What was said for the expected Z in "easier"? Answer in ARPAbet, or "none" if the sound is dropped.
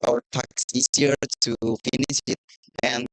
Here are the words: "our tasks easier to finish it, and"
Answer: S